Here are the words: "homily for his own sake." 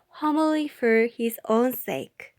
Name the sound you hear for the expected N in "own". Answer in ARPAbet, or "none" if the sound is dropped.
N